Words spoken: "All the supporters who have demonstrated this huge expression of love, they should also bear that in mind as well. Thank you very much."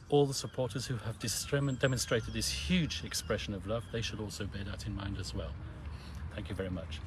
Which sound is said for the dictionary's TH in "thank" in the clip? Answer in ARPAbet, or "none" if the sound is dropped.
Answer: TH